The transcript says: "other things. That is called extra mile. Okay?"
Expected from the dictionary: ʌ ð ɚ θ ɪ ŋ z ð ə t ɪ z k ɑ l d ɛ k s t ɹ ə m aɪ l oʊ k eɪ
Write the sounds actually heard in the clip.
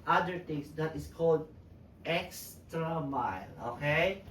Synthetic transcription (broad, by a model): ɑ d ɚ t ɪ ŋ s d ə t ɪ s k ɑ l d ɛ k s t ɹ ə m aɪ l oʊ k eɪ